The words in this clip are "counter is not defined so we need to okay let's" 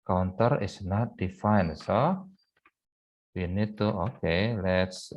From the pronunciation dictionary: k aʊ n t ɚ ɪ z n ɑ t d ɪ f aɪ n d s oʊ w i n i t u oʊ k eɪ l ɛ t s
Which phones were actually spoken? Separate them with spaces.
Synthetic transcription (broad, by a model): k aʊ n t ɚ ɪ s n ɑ t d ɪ f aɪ n s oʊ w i n i t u oʊ k eɪ l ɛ t s